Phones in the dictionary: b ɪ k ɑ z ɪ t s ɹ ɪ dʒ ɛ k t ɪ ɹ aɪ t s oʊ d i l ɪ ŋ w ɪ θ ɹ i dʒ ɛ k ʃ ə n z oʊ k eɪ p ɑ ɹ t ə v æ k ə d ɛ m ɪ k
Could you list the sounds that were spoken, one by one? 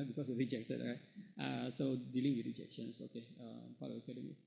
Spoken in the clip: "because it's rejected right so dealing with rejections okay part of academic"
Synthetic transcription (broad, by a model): b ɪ k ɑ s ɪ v ɹ ɪ dʒ ɛ k t ɪ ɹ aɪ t s oʊ d i l ɪ ŋ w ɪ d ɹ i dʒ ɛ k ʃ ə n s oʊ k eɪ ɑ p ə b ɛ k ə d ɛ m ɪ